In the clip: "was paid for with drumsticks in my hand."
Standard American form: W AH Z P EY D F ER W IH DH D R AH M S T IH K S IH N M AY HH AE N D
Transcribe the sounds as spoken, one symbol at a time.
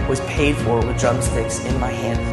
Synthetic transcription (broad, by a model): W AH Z P EY D F ER W IH DH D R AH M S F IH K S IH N M AY HH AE N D